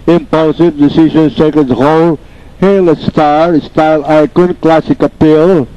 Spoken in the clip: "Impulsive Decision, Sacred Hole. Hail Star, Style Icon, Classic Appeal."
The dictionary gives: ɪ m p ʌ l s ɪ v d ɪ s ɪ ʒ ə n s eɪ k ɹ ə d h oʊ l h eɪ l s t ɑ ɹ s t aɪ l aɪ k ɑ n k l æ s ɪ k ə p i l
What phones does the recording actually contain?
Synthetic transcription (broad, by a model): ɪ m p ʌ l s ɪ v d ɪ s ɪ ʒ ə n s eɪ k ə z h oʊ l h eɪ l s t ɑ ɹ s t aɪ l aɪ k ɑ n k l æ s ɪ k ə p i l